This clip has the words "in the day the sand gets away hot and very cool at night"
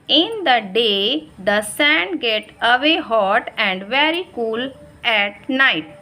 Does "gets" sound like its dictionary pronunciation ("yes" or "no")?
no